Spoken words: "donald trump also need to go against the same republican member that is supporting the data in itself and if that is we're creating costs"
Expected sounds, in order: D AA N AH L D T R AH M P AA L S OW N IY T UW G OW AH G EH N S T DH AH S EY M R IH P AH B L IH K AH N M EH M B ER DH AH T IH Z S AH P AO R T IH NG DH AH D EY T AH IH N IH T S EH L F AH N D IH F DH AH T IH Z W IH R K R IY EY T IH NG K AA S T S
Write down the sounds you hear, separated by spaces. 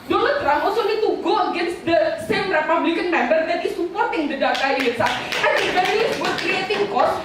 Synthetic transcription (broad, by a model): D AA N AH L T R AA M AA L S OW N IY T UW G OW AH G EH N S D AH S EY M R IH P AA B L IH K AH N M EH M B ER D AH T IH S AH P AO R T IH NG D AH D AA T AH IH L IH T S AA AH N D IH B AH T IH S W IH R K R IY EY T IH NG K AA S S